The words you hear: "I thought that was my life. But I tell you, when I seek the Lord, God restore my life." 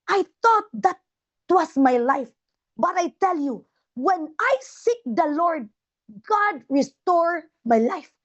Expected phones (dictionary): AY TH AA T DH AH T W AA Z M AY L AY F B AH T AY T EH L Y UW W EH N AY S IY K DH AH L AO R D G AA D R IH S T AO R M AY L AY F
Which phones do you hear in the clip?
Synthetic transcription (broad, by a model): AY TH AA T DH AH T W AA S M AY L AY F B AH T AY T EH L Y UW W EH N AY S IY K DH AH L AO R D G AA D R IH S T AO R M AY L AY F